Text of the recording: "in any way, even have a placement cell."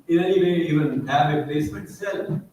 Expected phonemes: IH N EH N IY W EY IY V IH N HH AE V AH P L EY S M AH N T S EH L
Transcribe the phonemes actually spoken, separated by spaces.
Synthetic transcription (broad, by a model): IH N EH N IY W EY IY V IH N HH AE V AH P L EY S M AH T S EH L